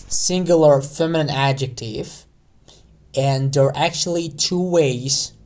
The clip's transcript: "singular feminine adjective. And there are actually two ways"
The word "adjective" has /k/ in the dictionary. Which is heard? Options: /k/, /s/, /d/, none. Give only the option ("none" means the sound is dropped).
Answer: /k/